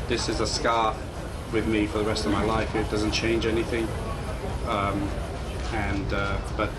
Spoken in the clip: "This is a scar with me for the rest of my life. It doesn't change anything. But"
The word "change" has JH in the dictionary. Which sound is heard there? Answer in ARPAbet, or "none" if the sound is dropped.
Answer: JH